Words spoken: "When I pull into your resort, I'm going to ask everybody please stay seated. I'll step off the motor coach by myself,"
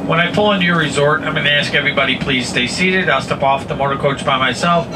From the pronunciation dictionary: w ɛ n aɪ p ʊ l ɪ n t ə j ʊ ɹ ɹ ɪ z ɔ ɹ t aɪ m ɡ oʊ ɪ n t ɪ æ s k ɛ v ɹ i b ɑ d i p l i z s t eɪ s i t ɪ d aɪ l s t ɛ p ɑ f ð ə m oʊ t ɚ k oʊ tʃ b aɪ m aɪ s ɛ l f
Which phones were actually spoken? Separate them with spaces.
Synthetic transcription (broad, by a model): w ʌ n aɪ p ʊ l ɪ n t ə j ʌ ɹ ɹ ɪ z ɔ ɹ t aɪ m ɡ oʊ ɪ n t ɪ æ s k ɛ v ɹ i b ɑ d i p l i z s t eɪ s i t ɪ d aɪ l s t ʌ p ɑ f ð ə m oʊ t ɚ k oʊ tʃ b aɪ m aɪ s ɛ l f